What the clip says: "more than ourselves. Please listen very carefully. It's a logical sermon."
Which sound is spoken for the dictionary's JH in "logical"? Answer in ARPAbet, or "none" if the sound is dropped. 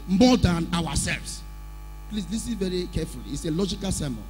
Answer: JH